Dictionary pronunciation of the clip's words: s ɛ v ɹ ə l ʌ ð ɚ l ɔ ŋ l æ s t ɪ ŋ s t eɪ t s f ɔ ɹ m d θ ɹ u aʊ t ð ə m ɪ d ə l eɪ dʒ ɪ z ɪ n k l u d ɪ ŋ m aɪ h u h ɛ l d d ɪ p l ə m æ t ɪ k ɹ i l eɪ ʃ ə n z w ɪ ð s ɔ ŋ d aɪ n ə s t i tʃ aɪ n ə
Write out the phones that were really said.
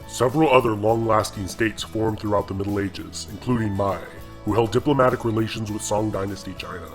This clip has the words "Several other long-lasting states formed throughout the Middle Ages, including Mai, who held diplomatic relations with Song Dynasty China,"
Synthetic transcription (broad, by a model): s ɛ v ɹ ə l ʌ ð ɚ l ɔ ŋ l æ s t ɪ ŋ s t eɪ t s f ɔ ɹ m θ ɹ u aʊ t ð ə m ɪ d l eɪ dʒ ɪ z ɪ n k l u d ɪ ŋ m aɪ h u h ɛ l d d ɪ p l ə m æ t ɪ k ɹ i l eɪ ʃ ə n z w ɪ ð s ɔ ŋ d aɪ n ə s t i tʃ aɪ n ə